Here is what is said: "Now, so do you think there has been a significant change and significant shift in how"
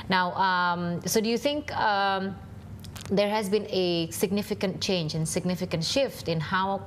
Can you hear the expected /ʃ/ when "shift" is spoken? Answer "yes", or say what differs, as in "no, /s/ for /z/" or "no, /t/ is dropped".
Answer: yes